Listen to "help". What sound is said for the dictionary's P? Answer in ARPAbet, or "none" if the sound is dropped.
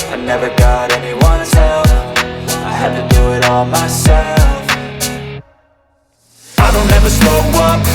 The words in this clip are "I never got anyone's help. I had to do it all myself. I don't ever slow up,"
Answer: F